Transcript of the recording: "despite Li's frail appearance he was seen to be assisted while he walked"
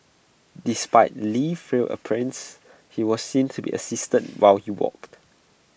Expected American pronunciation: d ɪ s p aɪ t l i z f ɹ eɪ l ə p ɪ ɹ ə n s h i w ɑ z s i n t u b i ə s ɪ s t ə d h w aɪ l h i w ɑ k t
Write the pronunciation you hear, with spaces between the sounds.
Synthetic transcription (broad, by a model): d ɪ s p aɪ t l i f ɹ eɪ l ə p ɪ ɹ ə n s h i w ɑ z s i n t u b i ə s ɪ s t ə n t w aɪ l h i w ɑ k t